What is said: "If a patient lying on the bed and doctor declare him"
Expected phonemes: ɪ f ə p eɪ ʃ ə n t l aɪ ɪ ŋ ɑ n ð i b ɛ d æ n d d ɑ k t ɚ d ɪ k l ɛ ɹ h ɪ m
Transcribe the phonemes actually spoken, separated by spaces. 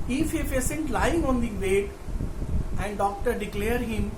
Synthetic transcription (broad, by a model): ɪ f ə f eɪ s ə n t l aɪ ɪ ŋ ɑ n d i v ɛ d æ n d d ɑ k t ɚ d ɪ k l ɛ ɹ h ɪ m